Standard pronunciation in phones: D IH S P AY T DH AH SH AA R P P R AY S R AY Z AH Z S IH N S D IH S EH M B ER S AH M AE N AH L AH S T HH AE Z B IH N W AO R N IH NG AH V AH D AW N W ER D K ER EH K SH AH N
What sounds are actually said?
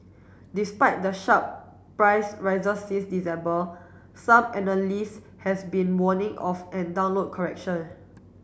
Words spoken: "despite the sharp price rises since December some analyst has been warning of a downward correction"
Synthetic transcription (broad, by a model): D IH S P AY T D AH SH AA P P R AY S R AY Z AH S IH S D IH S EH M B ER S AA M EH N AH L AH S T HH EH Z B IH N W AO N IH NG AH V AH D AW N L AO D K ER EH K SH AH N